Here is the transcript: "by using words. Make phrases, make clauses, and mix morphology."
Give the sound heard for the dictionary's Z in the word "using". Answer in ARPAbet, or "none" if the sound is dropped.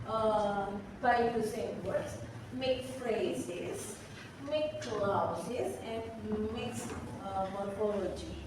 S